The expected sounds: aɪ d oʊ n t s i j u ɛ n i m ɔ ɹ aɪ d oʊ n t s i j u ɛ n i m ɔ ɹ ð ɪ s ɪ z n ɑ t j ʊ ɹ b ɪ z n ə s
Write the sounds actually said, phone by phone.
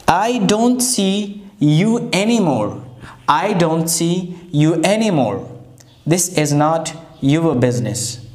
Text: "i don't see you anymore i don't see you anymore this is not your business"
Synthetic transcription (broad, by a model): aɪ d oʊ n t s i j u ɛ n i m ɔ ɹ aɪ d oʊ n t s i j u ɛ n i m ɔ ɹ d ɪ s ɪ z n ɑ t j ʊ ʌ b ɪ z n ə s